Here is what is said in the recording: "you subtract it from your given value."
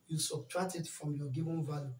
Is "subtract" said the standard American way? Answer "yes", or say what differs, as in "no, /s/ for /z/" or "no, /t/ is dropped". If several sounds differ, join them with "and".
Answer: no, /b/ is dropped and /k/ is dropped